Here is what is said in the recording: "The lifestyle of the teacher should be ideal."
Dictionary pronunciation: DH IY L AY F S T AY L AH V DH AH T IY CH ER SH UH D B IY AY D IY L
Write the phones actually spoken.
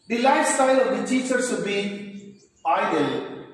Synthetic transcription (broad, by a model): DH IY L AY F S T AY L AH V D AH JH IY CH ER S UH B IY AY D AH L